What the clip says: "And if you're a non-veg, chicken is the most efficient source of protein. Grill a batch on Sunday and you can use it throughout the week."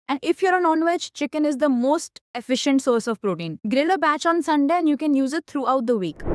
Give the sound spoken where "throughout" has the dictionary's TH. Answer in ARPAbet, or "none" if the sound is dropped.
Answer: T